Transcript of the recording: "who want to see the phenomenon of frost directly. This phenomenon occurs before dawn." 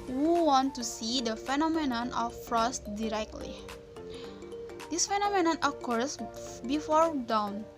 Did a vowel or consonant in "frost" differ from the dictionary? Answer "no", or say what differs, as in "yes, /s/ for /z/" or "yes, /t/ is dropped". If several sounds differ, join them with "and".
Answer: no